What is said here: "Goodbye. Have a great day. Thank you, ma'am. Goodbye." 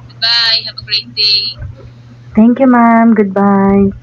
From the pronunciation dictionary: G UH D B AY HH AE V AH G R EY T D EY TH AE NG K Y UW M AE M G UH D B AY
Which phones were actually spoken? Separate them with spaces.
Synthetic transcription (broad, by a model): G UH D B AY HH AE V AH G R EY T D EY T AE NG K Y UW M AE M G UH D B AY